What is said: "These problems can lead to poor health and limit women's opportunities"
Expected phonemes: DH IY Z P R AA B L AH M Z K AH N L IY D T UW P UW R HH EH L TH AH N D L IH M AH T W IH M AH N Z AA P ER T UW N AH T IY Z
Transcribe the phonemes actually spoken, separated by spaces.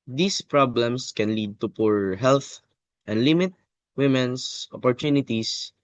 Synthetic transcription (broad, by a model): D IY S P R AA B L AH M S K AH N L IY D T UW P UW R HH EH L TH AH N D L IH M AH T W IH M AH N S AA P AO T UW N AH T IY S